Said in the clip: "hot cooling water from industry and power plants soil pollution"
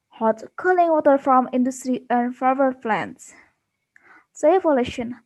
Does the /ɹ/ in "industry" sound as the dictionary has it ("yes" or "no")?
yes